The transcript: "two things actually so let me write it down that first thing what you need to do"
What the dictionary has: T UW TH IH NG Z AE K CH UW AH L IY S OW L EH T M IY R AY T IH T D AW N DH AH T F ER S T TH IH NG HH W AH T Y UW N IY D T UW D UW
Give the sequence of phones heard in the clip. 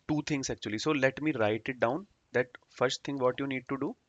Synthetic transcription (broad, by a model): T UW T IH NG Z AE K CH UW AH L IY S OW L EH T M IY R AY T IH T D AW N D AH T F ER S T T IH NG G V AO T Y UW N IY D T UW D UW